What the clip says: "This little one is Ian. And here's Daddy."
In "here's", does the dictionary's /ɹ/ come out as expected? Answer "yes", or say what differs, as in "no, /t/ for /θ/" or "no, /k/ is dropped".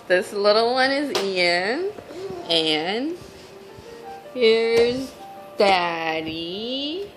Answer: yes